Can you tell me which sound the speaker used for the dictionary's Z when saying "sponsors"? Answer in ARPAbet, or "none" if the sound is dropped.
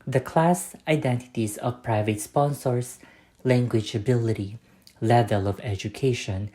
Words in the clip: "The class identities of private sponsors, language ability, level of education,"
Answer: S